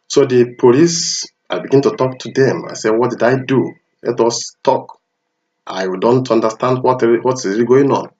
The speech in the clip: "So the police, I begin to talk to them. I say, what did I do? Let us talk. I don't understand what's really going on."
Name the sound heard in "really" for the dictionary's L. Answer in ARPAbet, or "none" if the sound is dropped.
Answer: none